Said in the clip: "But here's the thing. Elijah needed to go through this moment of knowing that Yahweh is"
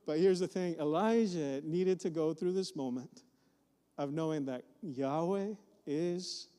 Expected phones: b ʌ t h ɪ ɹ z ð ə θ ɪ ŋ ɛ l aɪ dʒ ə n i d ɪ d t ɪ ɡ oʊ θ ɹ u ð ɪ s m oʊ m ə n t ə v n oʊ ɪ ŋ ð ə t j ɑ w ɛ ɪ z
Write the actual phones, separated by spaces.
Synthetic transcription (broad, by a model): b ʌ t h ɪ ɹ z ð ə θ ɪ ŋ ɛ l aɪ ʒ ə n i d ɪ d t ɪ ɡ oʊ θ ɹ u ð ɪ s m oʊ m ə n t ə v n oʊ ɪ ŋ ð ə t j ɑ w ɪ ɪ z